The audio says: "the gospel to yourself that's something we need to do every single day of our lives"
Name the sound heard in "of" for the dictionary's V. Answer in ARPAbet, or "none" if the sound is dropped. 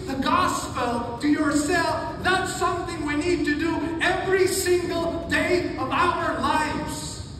V